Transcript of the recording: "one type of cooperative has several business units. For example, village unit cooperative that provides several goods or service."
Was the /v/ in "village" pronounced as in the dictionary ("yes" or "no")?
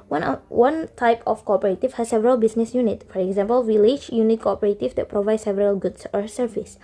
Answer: no